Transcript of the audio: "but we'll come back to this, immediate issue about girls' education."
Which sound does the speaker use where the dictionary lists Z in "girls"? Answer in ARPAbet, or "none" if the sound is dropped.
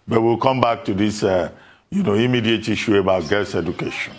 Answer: S